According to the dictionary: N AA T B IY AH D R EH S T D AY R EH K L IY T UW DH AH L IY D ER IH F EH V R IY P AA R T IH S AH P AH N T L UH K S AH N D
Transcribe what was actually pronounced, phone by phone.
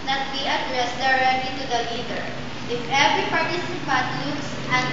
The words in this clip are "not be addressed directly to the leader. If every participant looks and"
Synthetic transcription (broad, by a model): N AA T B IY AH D R EH S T D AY R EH K L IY T UW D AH L IY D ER IH F EH V R IY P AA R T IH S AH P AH T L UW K S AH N